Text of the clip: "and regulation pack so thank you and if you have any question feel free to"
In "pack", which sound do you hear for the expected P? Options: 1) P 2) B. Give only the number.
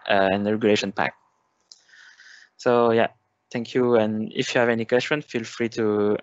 1